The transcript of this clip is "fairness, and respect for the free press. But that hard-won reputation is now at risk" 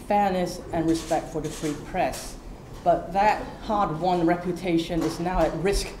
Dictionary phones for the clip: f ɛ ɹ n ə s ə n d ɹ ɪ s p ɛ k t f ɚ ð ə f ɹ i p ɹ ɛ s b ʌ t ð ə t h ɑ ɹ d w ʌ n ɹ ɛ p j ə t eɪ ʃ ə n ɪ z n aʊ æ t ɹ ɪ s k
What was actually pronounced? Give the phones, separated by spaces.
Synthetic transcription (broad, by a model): f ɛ ɹ n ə s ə n ɹ ɪ s p ɛ k t f ɚ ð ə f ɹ i p ɹ ɛ s b ʌ t ð ə t h ɑ ɹ d w ʌ n ɹ ɛ p j ə t eɪ ʃ ə n ɪ z n aʊ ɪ t ɹ ɪ s k